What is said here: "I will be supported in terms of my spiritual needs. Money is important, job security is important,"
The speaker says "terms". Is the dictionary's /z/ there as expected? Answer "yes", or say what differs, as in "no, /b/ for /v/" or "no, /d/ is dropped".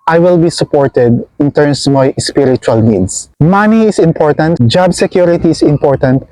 no, /s/ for /z/